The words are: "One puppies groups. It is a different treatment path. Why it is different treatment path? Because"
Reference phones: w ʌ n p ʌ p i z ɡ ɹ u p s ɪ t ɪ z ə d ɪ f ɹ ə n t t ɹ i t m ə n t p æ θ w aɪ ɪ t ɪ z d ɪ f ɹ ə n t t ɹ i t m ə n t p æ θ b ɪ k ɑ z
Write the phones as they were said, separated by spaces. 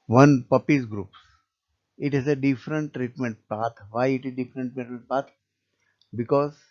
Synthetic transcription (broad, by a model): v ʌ n p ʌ p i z ɡ ɹ u p s ɪ t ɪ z ə d ɪ f ɹ ə n t t ɹ i t m ə n t p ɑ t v aɪ ɪ t ɪ z d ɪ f ɹ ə n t t ɹ i t m ə n t p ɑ t b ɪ k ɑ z